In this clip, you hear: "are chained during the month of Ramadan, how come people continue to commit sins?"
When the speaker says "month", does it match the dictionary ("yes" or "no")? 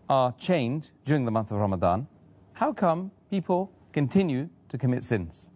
yes